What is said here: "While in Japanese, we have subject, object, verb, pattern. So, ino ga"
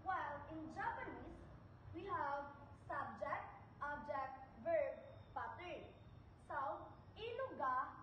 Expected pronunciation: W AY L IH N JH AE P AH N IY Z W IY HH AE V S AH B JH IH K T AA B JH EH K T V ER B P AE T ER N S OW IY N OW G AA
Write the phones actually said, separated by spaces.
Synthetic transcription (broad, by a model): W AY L IH N JH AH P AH N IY S W IY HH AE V S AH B JH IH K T AA B JH EH K T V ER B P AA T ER S OW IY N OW G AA